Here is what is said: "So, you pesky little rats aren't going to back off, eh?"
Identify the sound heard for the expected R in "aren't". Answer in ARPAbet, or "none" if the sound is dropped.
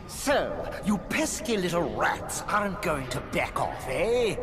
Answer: none